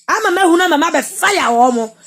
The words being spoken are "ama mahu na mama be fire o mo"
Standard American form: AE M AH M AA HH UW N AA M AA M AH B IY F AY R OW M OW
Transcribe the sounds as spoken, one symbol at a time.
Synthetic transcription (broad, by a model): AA M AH M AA HH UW N AA M AA M AH B IY F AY W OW M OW